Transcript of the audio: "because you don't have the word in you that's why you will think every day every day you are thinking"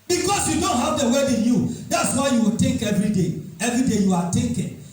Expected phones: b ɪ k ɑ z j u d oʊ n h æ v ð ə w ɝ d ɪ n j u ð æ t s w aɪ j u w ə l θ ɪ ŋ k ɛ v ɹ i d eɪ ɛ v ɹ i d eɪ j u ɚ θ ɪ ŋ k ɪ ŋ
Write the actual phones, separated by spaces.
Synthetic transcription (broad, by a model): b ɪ k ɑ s j u d oʊ n h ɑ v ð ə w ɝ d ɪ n j u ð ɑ t s w aɪ j u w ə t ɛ k ɛ v ɹ i d eɪ ɛ v ɹ i d eɪ j u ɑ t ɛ k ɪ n